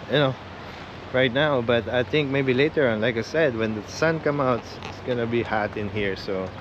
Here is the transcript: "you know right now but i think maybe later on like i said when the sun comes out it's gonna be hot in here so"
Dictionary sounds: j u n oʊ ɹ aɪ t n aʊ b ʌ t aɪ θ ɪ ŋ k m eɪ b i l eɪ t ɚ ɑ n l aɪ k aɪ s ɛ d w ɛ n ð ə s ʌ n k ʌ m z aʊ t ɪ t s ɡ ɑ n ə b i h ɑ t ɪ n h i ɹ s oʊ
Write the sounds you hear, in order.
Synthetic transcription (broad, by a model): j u n oʊ ɹ aɪ t n aʊ b ʌ t aɪ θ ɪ ŋ k m eɪ b i l eɪ t ɚ ɑ n l aɪ k aɪ s ɛ d w ɛ n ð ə s ʌ n k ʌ m aʊ t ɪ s s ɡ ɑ n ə b i h ɑ t ɪ n h i ɹ s oʊ